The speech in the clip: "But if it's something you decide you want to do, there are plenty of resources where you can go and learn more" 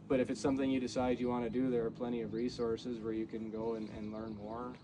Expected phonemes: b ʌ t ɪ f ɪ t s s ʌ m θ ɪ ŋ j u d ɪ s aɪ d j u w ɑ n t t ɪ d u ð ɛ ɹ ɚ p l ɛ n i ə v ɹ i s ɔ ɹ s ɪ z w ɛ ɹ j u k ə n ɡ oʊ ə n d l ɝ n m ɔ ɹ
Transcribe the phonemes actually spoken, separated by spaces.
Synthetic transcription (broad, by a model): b ʌ t ɪ f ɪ t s s ʌ m θ ɪ ŋ j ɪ d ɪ s aɪ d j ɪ w ɑ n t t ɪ d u ð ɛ ɹ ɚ p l ɛ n i ə v ɹ i s ɔ ɹ s ɪ z w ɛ ɹ j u k ə n ɡ oʊ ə n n l ɝ n m ɔ ɹ